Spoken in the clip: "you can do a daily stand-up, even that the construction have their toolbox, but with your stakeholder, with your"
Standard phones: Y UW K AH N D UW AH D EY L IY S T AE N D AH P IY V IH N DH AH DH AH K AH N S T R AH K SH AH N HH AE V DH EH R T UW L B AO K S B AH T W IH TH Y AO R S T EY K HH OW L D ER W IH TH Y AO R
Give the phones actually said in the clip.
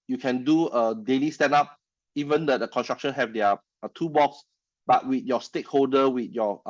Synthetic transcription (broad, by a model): Y UW K AH N D UW AH D EY L IY S T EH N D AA P IY V IH N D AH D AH K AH N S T R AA K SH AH N HH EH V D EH T UW B AO K S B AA T W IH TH Y AO S T EY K HH OW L D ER W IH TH Y AO